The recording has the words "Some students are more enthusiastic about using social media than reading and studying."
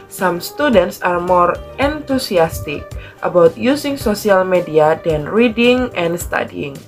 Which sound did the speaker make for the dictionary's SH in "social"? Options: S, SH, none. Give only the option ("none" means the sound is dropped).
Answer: S